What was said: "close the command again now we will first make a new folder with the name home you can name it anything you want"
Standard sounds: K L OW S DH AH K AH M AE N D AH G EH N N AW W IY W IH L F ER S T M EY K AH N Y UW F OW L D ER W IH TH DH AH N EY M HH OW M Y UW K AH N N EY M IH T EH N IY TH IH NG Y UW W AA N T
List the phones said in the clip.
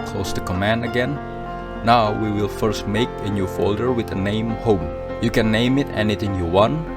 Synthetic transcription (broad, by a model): K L OW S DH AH K AH M AE N D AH G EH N N AW W IY W IH L F ER S T M EY K AH N Y UW F OW L D ER W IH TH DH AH N EY M HH OW M Y UW K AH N N EY M IH T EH N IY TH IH NG Y UW W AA N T